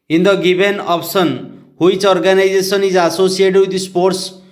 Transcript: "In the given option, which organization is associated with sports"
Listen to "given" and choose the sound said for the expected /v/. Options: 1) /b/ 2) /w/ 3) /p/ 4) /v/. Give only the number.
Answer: 1